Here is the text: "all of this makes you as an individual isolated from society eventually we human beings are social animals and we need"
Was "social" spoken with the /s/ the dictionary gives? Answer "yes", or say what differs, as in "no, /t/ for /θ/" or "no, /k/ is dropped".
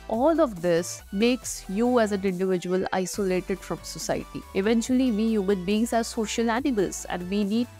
yes